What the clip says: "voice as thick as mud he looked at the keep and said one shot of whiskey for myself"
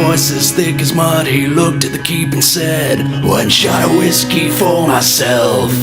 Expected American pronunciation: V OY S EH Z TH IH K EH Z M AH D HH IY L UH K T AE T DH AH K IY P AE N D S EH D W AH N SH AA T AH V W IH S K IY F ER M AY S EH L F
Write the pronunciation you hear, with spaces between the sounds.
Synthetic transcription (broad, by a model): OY S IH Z TH IH K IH Z M AH D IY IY L UH K T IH T DH AH K IY P N S EH D W AH N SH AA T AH W IH S K IY F ER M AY S EH L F